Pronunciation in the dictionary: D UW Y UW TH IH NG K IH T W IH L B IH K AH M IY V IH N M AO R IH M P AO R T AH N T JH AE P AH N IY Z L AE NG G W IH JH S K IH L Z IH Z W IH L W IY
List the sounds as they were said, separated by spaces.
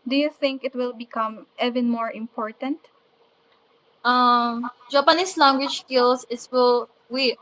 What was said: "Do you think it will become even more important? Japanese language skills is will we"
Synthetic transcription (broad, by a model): D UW Y UW TH IH NG K IH T W IH L B IH K AH M IY V IH N M AO R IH M P AO R T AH N T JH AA P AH N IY S L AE NG G W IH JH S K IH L S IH S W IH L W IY